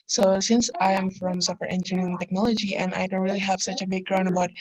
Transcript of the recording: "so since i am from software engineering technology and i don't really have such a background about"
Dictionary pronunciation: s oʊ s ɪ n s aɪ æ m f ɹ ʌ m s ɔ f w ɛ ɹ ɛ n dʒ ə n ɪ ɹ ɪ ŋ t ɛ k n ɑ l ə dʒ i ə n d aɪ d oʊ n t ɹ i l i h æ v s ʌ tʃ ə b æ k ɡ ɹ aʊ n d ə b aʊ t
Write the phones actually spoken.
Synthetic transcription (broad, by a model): s oʊ s ɪ n s aɪ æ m f ɹ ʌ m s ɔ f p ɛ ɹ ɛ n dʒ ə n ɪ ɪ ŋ t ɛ k n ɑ l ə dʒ i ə n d aɪ d oʊ n t ɹ i l i h æ v s ʌ tʃ ə b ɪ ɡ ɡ ɹ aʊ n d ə b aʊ t